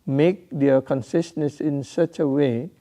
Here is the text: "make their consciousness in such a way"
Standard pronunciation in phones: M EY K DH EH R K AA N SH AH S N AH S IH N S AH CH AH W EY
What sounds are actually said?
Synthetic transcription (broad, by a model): M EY K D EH K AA N S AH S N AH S IH N S AH CH AH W EY